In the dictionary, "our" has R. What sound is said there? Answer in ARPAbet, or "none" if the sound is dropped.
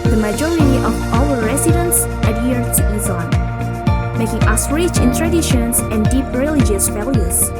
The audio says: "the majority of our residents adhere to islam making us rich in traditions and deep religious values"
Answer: L